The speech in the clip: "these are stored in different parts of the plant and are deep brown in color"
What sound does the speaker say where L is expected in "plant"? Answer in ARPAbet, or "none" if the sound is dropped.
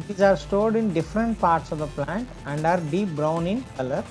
L